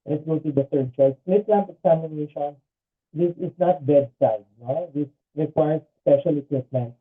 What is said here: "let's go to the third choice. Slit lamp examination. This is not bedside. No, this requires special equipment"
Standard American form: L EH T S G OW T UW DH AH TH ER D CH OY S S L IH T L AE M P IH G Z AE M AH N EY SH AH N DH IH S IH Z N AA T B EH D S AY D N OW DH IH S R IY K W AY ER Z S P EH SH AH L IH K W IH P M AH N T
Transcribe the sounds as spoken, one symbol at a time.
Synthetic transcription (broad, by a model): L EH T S G OW T UW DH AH T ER D CH OY S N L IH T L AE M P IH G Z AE M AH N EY SH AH N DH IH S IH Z N AA T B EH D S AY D N OW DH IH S R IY K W AY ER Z S P EH SH AH L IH K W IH P M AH N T